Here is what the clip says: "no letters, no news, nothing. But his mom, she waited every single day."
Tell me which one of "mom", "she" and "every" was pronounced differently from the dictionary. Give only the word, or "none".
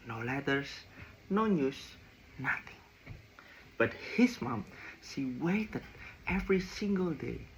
she